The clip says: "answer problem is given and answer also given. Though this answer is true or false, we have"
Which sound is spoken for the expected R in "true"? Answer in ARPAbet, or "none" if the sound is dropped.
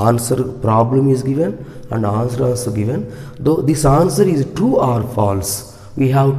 none